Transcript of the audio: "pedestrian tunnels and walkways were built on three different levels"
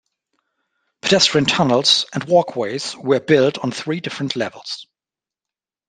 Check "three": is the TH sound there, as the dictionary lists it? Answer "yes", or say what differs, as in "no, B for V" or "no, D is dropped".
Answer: yes